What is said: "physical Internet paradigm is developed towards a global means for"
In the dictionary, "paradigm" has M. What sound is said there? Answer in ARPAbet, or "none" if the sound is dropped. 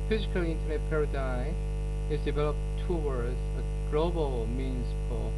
none